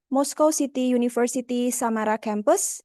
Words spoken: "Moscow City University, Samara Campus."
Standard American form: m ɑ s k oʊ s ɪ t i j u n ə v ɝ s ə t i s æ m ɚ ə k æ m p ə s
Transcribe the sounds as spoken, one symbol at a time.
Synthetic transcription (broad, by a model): m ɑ s k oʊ s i t i j u n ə f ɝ s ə t i s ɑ m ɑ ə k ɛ m p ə s